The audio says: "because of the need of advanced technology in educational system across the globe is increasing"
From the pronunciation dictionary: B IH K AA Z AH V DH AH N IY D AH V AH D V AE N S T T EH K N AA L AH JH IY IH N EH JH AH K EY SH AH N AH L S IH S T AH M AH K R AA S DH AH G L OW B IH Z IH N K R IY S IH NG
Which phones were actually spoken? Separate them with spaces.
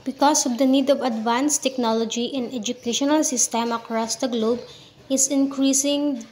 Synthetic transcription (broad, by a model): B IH K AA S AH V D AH N IY D AH V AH D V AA N S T T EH K N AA L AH JH IY IH N EH JH AH K EY SH AH N AH L S IH S T AH M AH K R AA S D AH G L OW B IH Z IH N K R IY S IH NG